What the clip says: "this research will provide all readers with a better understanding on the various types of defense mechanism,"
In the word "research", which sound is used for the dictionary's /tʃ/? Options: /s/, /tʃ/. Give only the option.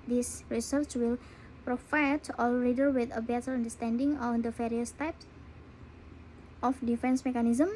/tʃ/